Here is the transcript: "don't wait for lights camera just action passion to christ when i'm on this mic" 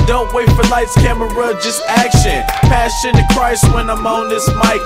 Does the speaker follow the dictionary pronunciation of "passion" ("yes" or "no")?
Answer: no